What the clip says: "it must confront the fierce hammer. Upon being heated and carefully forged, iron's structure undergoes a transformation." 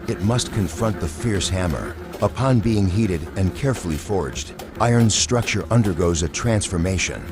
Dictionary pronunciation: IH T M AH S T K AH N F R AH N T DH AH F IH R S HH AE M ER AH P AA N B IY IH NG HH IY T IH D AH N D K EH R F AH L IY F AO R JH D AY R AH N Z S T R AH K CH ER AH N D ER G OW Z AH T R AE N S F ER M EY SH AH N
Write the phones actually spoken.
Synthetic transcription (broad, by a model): IH T M AH S T K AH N F R AH N T DH AH F IH R S HH AE M ER AH P AA N B IY IH NG HH IY T IH D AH N K EH R F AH L IY F AO R JH D AY AH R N S T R AH K CH ER AH N D ER G OW Z AH T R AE N S F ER M EY SH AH N